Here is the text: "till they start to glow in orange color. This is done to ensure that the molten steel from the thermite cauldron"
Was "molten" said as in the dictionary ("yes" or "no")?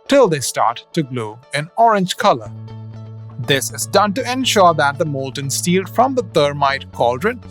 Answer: yes